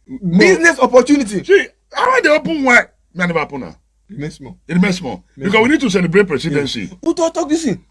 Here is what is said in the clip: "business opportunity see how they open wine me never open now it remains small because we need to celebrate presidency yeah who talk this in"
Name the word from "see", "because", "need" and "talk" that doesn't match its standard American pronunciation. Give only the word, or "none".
because